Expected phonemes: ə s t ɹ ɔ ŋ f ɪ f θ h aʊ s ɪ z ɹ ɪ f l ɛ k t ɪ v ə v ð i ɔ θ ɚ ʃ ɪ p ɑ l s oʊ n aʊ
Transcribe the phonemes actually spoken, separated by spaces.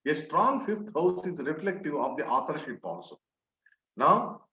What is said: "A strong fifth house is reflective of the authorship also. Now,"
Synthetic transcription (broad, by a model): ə s t ɹ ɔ ŋ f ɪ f t h aʊ s ɪ z ɹ ɪ f l ɛ k t ɪ v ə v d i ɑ t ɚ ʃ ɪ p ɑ n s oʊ n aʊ